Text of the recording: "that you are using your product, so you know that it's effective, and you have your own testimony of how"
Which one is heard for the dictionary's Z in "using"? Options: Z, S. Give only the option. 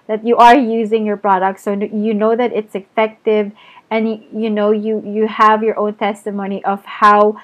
Z